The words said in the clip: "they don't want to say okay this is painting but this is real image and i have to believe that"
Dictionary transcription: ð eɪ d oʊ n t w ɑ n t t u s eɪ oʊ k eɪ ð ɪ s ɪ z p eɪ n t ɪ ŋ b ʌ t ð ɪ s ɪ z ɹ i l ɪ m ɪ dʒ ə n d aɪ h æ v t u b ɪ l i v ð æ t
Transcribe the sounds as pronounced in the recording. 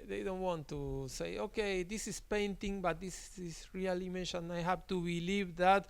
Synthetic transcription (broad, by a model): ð eɪ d oʊ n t w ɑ n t t u s eɪ oʊ k eɪ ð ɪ s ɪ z p eɪ n t ɪ ŋ b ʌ t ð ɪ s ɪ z ɹ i l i m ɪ ʃ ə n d aɪ h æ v t u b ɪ l i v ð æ t